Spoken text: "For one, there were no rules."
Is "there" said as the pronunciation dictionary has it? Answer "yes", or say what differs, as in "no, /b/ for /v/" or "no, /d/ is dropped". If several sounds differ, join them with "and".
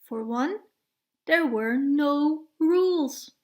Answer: yes